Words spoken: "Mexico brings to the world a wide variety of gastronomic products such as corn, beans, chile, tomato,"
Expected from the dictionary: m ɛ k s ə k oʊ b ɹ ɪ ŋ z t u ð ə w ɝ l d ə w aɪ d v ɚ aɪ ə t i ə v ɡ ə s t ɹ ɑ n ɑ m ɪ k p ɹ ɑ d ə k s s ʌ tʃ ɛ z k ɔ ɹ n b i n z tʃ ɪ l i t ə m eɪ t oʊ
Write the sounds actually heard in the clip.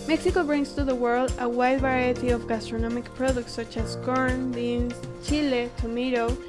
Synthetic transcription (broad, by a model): m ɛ k s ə k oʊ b ɹ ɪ ŋ s t u ð ə w ɝ l d ə w aɪ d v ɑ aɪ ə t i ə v ɡ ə s t ɹ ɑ n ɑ m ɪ k p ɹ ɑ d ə k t s ʌ tʃ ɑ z k ɔ ɹ n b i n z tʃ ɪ l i t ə m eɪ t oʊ